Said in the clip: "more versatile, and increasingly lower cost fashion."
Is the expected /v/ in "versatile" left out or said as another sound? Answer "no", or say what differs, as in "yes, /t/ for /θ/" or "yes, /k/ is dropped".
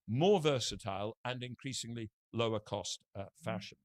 no